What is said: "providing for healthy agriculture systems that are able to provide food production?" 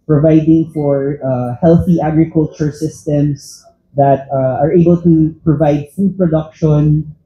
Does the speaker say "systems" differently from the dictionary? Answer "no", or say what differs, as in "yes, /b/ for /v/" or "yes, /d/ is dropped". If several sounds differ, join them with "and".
yes, /s/ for /z/